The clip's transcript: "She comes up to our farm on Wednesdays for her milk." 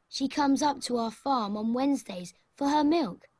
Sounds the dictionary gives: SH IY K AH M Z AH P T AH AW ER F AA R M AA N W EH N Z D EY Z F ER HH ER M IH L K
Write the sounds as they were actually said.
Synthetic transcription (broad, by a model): SH IY K AH M Z AH P T AH AW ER F AA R M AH N W EH N Z D EY Z F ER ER M IH L K